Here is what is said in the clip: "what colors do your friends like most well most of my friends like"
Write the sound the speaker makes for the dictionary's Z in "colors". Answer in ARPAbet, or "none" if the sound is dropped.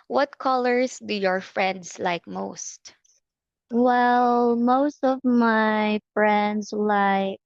S